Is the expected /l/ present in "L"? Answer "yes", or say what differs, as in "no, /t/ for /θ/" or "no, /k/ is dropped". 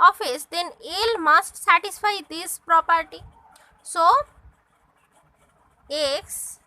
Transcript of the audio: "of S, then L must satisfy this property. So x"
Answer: yes